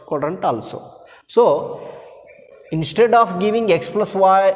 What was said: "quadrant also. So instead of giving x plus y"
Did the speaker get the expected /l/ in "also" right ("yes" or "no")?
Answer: yes